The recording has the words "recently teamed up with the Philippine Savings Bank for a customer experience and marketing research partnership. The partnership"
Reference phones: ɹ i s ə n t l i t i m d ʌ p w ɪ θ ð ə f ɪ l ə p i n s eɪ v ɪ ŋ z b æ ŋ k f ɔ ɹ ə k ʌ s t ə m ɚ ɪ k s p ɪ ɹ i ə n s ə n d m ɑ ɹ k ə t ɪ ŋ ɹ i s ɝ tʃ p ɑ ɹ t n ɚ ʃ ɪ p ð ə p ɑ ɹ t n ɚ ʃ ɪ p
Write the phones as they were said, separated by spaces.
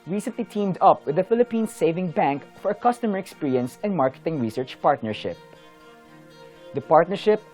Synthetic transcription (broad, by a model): ɹ i s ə n t l i t i m d ʌ p w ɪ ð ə f ɪ l ə p i n s eɪ v ɪ ŋ b æ ŋ k f ɔ ɹ ə k ʌ s t ə m ɚ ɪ k s p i ɹ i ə n s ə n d m ɑ ɹ k ə t ɪ ŋ ɹ i s ɝ tʃ p ɑ ɹ t n ɚ ʃ ɪ p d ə p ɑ ɹ t n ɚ ʃ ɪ p